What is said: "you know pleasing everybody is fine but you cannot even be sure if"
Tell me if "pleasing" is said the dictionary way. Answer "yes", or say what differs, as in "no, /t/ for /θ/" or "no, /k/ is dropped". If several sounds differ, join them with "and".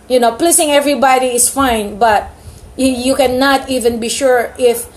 no, /s/ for /z/